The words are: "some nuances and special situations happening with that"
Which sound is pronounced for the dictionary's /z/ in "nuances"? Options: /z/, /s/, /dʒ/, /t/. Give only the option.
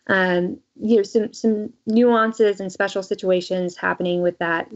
/z/